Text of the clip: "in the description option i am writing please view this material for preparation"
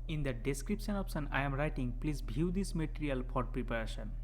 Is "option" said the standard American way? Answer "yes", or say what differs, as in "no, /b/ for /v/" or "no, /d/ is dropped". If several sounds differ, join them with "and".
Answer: no, /s/ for /ʃ/